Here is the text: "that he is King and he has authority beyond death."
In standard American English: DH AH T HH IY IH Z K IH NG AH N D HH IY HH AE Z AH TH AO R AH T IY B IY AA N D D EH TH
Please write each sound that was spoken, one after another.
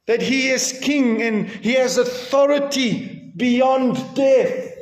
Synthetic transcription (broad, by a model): DH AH T HH IY IH Z K IH NG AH N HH IY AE Z AH TH AO R AH T IY B IY AA N D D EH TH